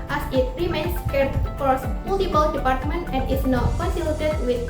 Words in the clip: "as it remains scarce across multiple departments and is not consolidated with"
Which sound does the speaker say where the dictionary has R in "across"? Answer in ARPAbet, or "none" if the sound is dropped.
none